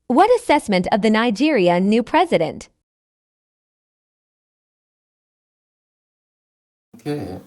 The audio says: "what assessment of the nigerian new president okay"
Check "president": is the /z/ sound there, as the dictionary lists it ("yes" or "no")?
yes